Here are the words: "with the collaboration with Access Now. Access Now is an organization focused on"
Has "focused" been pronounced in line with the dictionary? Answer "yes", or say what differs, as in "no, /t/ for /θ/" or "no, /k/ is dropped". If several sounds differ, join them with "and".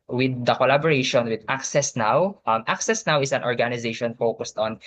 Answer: yes